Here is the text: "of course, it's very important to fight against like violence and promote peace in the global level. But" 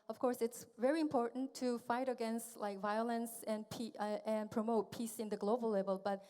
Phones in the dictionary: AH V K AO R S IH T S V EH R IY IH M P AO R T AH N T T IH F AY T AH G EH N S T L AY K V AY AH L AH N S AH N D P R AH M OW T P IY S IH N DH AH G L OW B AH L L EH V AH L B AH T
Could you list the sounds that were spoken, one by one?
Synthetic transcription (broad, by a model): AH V K AO R S IH T S V EH R IY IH M P AO R T N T T IH F AY T AH G EH N S T L AY K V AY AH L AH N S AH N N P R AH M OW T P IY S IH N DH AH G L OW B AH L L EH V AH L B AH T